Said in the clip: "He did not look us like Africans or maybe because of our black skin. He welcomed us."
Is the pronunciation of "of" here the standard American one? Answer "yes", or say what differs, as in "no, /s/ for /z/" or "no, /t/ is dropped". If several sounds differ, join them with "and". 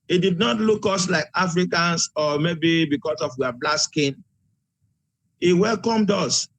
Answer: no, /w/ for /v/